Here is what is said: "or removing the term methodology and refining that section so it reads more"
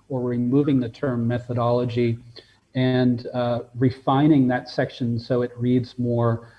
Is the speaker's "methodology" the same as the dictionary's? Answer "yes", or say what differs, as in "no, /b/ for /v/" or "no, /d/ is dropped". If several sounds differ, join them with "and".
yes